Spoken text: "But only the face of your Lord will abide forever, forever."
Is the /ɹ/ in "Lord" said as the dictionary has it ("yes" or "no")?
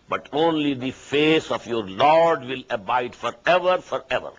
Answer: yes